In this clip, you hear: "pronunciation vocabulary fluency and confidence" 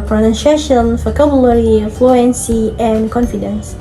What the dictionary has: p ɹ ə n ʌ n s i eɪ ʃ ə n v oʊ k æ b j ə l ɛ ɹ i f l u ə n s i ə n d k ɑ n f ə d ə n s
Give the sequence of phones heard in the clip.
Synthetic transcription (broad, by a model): p ɹ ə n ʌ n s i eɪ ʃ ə n f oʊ k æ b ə l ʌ ɹ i f l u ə n s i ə n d k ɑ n f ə d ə n s